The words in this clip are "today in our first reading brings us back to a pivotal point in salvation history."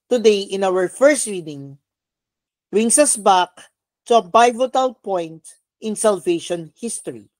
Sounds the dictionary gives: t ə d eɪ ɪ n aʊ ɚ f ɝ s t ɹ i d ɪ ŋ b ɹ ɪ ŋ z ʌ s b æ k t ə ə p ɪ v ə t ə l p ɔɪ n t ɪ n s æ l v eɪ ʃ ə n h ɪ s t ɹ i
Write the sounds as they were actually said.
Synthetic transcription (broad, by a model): t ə d eɪ ɪ n aʊ ɚ f ɝ s t ɹ i d ɪ ŋ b ɹ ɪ ŋ s ʌ s b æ k t ə ə b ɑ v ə t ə l p ɔɪ n t ɪ n s æ l v eɪ ʃ ə n h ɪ s t ɹ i